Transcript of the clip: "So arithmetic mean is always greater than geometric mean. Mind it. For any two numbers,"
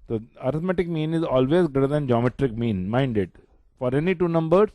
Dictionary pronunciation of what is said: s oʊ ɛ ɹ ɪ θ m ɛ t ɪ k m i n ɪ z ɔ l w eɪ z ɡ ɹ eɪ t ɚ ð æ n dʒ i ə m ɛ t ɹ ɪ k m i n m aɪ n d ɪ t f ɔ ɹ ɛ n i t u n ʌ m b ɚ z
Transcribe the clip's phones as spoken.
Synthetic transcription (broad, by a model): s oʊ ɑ ɹ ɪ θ m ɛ t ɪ k m i n ɪ z ɔ l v eɪ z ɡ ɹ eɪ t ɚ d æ n dʒ i ə m ɛ t ɹ ɪ k m i n m aɪ n d ɪ t f ɔ ɹ ɛ n i t u n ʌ m b ɚ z